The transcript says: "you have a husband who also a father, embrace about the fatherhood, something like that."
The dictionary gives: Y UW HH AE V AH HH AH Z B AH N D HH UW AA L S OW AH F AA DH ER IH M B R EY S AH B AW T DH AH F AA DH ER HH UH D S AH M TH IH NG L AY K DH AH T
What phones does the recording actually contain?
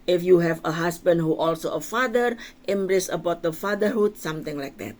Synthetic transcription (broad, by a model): Y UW HH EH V AH HH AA S B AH N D HH UW AA L S OW AH F AA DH ER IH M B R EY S AH B AW T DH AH F AA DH ER HH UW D S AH M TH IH NG L AY K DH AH T